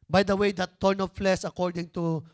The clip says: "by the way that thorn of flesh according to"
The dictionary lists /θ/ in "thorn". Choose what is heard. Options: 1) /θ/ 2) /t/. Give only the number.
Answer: 2